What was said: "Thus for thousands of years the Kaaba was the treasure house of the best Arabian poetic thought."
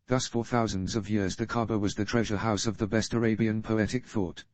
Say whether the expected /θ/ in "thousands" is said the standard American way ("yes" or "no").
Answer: yes